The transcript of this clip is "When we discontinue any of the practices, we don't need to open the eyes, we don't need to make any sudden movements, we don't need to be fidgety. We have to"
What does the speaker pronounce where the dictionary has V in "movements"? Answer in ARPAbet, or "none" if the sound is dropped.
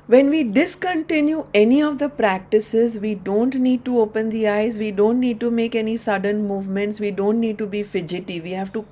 V